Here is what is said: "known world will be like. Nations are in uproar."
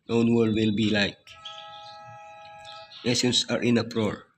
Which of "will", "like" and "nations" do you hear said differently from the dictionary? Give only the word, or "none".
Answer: nations